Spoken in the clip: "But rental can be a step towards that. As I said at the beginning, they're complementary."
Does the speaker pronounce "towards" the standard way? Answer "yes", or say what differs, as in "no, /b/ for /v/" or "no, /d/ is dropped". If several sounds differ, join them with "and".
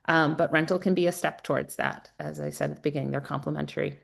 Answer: yes